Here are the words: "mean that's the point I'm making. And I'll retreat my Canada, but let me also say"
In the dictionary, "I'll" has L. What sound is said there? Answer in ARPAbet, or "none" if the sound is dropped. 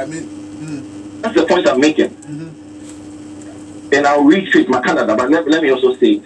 W